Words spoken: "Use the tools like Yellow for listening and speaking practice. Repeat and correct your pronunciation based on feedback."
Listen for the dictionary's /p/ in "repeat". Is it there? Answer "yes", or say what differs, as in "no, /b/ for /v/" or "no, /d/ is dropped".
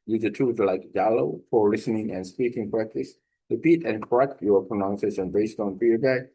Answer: yes